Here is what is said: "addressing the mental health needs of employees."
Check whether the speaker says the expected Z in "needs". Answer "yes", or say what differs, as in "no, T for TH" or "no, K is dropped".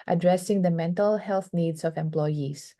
no, S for Z